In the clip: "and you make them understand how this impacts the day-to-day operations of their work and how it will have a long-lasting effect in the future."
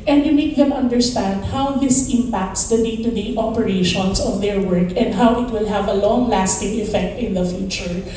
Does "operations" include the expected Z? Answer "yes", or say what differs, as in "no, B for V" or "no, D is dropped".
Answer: no, S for Z